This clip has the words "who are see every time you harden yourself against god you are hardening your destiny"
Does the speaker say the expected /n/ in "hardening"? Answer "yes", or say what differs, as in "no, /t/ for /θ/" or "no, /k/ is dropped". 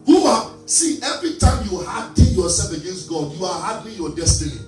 no, /n/ is dropped